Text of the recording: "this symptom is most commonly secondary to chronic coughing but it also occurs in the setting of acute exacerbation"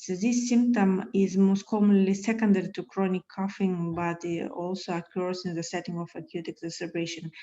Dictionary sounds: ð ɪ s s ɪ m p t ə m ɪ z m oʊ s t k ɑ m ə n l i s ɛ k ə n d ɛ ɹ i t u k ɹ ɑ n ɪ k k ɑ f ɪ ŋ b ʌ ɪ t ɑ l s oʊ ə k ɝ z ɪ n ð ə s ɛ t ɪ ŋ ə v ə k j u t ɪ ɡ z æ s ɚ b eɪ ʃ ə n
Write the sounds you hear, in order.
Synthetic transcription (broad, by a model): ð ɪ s s ɪ m p t ə m ɪ z m oʊ s t k ɑ m ə n l i s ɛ k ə n d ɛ ɹ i t u k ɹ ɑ n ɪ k k ɑ f ɪ ŋ b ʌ ɪ t ɑ l s oʊ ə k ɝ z ɪ n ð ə s ɛ t ɪ ŋ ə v ə k j u t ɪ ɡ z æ s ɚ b eɪ ʃ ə n